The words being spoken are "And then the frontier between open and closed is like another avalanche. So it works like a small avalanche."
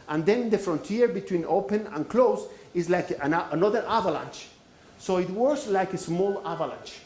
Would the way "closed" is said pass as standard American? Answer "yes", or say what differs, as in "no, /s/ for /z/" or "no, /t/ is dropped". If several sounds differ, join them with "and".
no, /d/ is dropped